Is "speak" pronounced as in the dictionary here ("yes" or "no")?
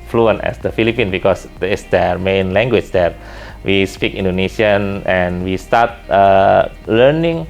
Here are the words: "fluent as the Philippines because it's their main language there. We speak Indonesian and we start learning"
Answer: yes